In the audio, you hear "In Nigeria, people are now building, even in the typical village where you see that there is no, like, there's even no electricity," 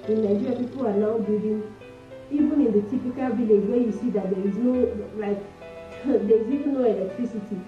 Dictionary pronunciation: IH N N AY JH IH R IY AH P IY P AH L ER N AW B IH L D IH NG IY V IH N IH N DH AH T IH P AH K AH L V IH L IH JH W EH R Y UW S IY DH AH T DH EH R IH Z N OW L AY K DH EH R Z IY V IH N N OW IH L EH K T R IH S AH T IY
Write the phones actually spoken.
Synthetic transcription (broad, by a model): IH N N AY JH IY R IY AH P IY P AH L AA N AW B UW D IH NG IY V IH N IH N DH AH T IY P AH K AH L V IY L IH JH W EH Y UW S IY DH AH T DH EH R IH Z N OW L AY K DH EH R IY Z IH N N OW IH L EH K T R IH S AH T IY